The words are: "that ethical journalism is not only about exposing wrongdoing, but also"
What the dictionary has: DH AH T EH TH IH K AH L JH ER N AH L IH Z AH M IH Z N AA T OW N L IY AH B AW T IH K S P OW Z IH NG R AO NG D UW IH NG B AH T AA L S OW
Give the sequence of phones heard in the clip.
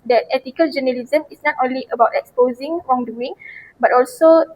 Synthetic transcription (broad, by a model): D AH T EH T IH K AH L JH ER N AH L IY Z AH M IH S N AA T OW N L IY AH B AW T IH K S P OW Z IH NG R AO NG D UW IH NG B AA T AA L S OW